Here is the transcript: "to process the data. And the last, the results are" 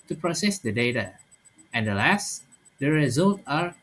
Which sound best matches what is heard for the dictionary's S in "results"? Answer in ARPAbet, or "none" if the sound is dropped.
none